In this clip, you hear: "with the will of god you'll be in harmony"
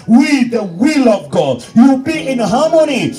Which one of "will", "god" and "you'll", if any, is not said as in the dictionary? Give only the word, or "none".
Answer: you'll